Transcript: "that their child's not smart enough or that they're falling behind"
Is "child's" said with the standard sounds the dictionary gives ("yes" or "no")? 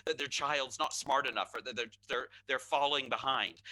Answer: yes